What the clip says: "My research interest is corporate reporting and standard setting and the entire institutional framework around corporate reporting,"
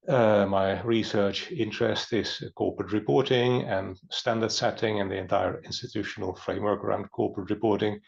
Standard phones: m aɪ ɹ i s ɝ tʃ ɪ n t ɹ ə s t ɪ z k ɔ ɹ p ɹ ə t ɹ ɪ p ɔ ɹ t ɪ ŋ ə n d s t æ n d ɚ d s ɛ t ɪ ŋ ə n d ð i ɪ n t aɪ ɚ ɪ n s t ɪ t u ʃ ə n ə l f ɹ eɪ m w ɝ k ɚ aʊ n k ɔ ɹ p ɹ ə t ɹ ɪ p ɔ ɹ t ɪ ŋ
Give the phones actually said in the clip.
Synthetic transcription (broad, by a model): m aɪ ɹ i s ɝ tʃ ɪ n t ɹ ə s t ɪ z k ɔ ɹ p ɹ ə t ɹ ɪ p ɔ ɹ t ɪ ŋ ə n s t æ n d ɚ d s ɛ t ɪ ŋ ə n ð i ɪ n t aɪ ɚ ɪ n s t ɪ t u ʃ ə n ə l f ɹ eɪ m w ɝ k ɚ aʊ n k ɔ ɹ p ɹ ə t ɹ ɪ p ɔ ɹ t ɪ ŋ